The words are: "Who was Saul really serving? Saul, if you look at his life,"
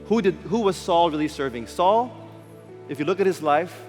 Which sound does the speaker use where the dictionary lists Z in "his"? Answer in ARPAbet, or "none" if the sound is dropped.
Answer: Z